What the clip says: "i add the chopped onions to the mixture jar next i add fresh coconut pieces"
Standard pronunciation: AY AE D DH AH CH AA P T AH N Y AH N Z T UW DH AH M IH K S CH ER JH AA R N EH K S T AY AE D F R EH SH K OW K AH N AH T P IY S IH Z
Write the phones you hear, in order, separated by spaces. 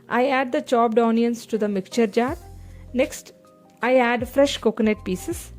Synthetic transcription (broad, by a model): AY AE D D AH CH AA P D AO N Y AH N S T UW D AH M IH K CH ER JH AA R N EH K S T AY AE D F R EH SH K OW K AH N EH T P IY S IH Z